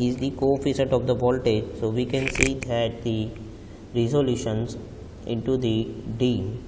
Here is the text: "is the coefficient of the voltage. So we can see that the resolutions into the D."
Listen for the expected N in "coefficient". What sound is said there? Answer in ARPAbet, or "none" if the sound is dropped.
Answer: none